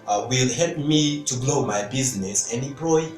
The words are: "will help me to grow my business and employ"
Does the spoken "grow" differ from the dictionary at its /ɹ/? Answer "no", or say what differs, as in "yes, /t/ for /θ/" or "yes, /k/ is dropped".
yes, /l/ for /ɹ/